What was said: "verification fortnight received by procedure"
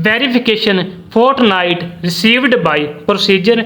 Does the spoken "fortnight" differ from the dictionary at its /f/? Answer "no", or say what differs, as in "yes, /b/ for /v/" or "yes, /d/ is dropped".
yes, /p/ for /f/